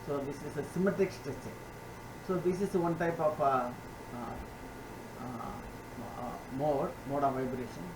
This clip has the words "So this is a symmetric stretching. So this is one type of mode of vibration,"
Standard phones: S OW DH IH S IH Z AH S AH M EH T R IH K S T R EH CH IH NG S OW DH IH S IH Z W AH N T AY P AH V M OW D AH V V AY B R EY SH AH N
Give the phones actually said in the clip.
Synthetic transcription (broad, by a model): S OW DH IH S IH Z AH S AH M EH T IH K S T EH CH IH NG S OW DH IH S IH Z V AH N T AY P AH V M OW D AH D V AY B R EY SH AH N